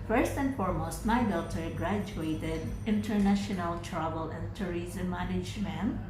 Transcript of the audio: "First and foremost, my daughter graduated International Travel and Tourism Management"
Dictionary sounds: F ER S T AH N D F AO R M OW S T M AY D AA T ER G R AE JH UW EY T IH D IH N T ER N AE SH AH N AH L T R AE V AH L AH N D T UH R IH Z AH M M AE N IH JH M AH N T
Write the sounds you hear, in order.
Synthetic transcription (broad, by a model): F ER S T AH N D F AO R M OW S T M AY D AA T ER G R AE JH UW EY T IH D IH N T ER N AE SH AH N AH L T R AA B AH L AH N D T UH R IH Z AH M M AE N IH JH M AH N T